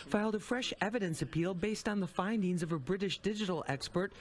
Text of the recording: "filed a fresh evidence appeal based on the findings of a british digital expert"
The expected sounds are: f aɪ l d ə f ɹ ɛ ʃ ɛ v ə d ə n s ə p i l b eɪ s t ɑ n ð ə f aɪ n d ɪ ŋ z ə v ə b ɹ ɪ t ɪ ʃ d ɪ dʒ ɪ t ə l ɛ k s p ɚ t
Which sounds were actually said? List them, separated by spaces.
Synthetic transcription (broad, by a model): f aɪ l d ə f ɹ ɛ ʃ ɛ v ə d ə n s ə p i l b eɪ s t n ð ə f aɪ n d ɪ ŋ z ə v ə b ɹ ɪ t ɪ ʃ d ɪ dʒ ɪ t l ɛ k s p ɚ t